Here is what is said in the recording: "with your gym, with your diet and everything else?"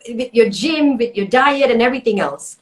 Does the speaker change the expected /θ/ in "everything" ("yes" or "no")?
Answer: no